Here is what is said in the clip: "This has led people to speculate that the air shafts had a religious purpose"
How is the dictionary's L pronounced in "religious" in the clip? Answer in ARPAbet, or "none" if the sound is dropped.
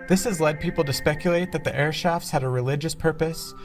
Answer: L